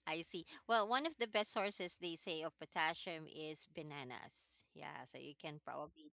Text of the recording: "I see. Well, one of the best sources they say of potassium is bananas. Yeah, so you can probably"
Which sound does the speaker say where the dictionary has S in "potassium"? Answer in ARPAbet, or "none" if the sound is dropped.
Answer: SH